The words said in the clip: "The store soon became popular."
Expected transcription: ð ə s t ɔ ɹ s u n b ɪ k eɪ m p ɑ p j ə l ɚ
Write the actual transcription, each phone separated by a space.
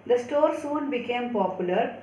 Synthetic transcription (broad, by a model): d ə s t ɔ ɹ s u n b ɪ k eɪ m p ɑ p j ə l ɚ